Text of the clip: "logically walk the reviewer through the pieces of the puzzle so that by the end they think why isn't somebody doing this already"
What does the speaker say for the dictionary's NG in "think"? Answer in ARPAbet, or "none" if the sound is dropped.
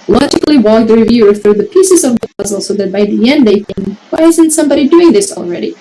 none